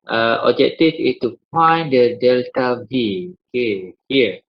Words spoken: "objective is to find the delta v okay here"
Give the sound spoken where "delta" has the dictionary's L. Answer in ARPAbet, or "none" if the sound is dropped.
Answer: L